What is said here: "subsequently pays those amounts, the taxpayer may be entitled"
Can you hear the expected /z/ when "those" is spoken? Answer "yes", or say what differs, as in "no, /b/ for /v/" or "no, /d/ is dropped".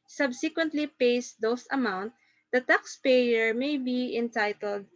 no, /s/ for /z/